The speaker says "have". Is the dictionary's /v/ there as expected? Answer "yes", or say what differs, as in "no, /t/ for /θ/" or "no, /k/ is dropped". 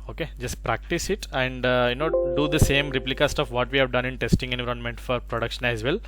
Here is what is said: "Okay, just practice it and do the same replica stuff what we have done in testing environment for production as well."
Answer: yes